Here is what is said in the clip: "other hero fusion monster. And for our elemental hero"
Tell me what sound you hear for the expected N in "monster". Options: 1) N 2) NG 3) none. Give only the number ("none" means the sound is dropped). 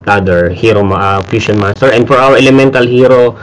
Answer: 3